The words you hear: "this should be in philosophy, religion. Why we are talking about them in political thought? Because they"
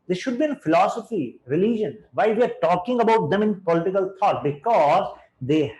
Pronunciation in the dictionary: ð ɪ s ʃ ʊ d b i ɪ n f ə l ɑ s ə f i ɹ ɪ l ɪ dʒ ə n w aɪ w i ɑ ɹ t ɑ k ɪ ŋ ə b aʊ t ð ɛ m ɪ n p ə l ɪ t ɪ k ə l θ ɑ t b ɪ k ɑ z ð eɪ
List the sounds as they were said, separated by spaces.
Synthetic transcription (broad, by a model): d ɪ ʃ ʊ d b i ɪ n f ə l ɑ s ə f i ɹ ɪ l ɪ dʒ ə n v aɪ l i ɑ ɹ t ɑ k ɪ ŋ ə b aʊ t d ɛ m ɪ n p ə l ɪ t ɪ k ə l t ɑ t b ɪ k ɑ z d eɪ